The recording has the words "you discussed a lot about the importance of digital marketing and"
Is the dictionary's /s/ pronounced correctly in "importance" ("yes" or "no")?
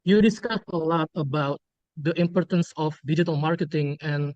yes